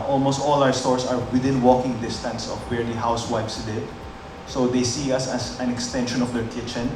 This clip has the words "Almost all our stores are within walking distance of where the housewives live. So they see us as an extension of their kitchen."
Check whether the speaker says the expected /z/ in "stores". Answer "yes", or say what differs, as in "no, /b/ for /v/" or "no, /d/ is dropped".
no, /s/ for /z/